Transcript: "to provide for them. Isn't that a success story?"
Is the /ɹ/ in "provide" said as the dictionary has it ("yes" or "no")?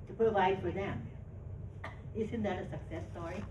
no